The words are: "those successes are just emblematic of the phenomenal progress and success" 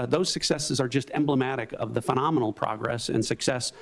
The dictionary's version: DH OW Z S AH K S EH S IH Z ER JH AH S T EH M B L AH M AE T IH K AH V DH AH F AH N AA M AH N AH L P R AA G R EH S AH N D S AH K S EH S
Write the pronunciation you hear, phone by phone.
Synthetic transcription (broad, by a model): DH OW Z S AH K S EH S IH Z ER JH AH S T EH M B L AH M AE T IH K AH V DH AH F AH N AA M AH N L P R AA G R EH S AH N S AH K S EH S